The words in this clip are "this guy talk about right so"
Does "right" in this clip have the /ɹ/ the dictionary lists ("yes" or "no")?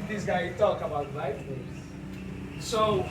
no